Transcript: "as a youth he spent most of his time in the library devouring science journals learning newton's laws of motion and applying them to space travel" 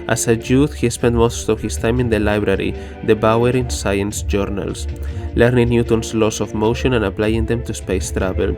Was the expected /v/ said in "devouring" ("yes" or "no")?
no